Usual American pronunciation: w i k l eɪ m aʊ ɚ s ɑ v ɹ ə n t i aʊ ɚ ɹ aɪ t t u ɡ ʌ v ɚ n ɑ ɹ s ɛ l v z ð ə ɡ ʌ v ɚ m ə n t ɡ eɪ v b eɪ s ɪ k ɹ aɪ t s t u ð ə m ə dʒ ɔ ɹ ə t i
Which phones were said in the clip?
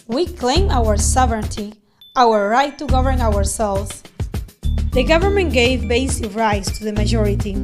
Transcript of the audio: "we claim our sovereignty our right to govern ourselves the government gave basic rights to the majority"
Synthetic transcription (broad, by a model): w i k l eɪ m aʊ ɚ s ɑ v ɹ ə n t i aʊ ɚ ɹ aɪ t t u ɡ ʌ v ɚ n ɑ ɹ s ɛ l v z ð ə ɡ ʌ v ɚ m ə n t ɡ eɪ v b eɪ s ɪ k ɹ aɪ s t u ð ə m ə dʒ ɔ ɹ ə t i